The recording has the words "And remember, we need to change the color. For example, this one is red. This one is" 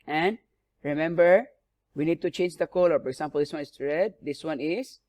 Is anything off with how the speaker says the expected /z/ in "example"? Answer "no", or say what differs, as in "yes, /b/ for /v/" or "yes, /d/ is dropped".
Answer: yes, /s/ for /z/